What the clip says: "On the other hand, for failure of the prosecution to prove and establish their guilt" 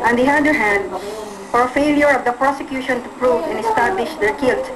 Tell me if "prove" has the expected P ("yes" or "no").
yes